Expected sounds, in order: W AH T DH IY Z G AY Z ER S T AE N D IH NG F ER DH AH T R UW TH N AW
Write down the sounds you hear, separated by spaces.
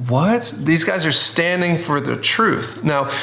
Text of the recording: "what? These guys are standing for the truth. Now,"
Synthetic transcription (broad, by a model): W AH T DH IY Z G AY Z ER S T AE N D IH NG F ER DH AH T R UW TH N AW